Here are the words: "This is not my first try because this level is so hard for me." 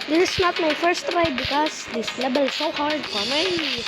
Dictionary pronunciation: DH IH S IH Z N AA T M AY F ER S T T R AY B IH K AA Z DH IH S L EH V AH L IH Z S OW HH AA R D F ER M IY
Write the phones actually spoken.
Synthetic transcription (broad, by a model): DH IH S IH S N AA T M AY F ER S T T R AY B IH K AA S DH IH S L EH B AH L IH S OW HH AA R D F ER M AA